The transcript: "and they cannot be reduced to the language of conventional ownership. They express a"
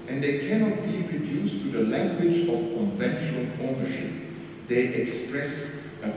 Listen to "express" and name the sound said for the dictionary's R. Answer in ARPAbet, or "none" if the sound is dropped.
R